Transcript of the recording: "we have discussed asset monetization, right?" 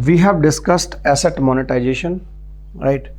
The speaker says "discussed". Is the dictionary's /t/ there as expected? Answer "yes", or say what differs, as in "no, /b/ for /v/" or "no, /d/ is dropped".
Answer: yes